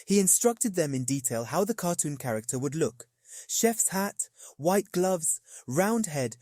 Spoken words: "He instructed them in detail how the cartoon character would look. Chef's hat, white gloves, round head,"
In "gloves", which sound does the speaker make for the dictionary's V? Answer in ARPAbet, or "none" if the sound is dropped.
V